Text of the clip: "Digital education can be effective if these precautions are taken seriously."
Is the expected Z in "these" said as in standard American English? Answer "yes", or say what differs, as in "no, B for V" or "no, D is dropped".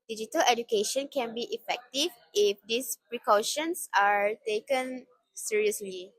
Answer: no, S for Z